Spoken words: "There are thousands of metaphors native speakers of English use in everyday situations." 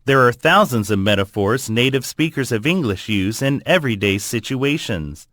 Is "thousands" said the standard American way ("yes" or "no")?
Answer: yes